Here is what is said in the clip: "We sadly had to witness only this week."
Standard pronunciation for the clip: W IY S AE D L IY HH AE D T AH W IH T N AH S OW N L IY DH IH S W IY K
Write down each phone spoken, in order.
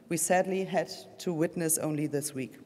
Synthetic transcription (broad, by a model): W IY S AE D L IY HH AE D T AH W IH T N AH S OW N L IY DH IH S W IY K